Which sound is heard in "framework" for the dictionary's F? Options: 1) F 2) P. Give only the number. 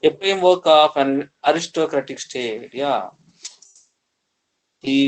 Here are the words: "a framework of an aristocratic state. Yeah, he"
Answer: 2